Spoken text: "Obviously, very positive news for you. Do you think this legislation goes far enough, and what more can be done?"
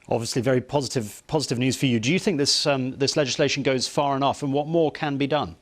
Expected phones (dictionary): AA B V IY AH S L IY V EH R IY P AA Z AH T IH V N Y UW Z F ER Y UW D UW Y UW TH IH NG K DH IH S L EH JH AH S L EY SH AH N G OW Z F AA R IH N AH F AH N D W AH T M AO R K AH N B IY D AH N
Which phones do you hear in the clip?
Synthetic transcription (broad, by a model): AA B V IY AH S L IY V EH R IY P AA Z AH T IH V N Y UW Z F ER Y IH D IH Y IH TH IH NG K DH IH S L EH JH AH S L EY SH AH N G OW Z F AA R IH N AH F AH N W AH T M AO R K AH N B IY D AH N